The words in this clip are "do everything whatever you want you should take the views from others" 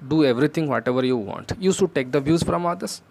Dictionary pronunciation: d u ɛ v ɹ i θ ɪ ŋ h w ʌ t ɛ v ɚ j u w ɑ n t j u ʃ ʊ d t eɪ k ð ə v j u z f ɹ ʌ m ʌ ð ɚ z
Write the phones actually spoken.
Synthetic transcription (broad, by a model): d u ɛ v ɹ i t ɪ ŋ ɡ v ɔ t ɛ v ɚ j u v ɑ n t j u s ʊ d t eɪ k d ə v j u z f ɹ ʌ m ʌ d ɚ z